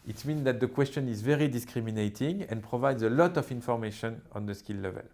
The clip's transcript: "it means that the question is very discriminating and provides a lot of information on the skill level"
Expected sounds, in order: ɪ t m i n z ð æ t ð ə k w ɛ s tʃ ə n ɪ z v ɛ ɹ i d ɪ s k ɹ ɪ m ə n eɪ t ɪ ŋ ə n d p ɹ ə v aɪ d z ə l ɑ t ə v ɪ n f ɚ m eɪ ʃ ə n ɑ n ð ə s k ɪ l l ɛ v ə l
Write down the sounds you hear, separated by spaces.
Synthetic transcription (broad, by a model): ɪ t m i n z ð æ t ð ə k w ɛ s tʃ ə n ɪ z v ɛ ɹ i d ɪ s k ɹ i m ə n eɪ t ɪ ŋ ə n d p ɹ ə v aɪ d z ə l ɑ t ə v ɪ n f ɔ m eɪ ʃ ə n ɑ n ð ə s k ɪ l l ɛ v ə l